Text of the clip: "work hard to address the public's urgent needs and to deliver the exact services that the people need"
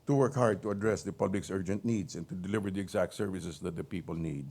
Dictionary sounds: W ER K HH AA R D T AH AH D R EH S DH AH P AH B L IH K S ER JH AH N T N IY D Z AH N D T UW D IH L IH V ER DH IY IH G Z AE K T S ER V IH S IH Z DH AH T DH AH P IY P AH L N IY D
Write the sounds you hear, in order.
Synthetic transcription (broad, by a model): W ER K HH AA R D T AH AH D R EH S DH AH P AH B L IH K S ER JH AH N T N IY D S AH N T UW D IH L IH V ER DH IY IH G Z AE K T S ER V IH S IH S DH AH T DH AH P IY P AH L N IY D